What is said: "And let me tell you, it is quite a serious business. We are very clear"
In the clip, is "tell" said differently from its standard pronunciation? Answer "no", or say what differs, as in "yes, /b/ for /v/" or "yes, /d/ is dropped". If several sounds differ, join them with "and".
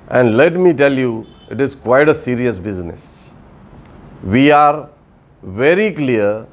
no